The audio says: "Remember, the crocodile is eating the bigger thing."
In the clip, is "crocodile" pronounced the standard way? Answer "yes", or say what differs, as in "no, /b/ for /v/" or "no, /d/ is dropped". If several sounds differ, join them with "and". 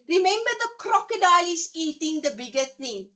yes